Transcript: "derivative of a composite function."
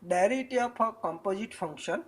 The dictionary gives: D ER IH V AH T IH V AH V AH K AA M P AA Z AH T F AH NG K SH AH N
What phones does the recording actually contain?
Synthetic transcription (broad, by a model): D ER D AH T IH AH P AH K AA M P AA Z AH T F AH NG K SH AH N